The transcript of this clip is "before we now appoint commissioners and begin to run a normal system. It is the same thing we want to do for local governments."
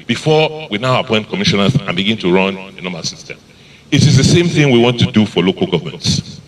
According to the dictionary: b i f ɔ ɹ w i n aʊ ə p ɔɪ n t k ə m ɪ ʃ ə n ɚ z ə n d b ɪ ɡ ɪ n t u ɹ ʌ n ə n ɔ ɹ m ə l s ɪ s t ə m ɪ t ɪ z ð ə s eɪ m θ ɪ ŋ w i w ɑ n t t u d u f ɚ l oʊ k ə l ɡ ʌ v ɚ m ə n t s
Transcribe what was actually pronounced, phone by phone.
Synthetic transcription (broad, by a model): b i f ɔ w i n aʊ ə p ɔɪ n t k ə m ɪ ʃ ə n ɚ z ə n b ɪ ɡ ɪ n t u ɹ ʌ n ə n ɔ m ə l s ɪ s t ə m ɪ t ɪ z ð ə s eɪ m θ ɪ ŋ w i w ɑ n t t u d u f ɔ l oʊ k ə l ɡ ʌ v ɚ m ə n t s